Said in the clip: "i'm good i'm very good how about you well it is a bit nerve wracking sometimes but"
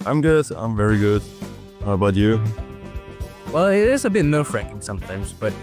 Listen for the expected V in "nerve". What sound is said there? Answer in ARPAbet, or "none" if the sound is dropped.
F